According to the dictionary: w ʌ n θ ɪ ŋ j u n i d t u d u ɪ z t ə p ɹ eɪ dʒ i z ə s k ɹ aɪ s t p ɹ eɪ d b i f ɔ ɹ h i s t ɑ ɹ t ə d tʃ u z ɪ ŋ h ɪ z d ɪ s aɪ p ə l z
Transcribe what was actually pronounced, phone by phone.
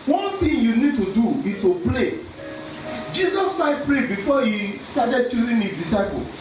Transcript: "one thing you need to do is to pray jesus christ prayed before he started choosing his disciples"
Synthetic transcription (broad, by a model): w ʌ n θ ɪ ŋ j u n i d t u d u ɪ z t ə p l eɪ dʒ i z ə s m aɪ t p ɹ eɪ b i f ɔ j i s t ɑ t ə d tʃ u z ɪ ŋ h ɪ d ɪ s aɪ p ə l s